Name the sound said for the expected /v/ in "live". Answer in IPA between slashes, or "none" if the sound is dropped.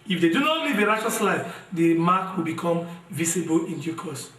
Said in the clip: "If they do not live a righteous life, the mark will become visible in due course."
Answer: /b/